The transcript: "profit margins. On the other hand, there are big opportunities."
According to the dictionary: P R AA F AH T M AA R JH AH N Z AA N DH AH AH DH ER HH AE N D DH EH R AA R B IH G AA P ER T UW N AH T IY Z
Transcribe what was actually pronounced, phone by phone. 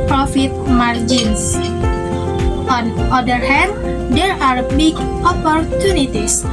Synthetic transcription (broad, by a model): P R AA F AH T M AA R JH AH N S AA N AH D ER HH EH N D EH R AA R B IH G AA P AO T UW N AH T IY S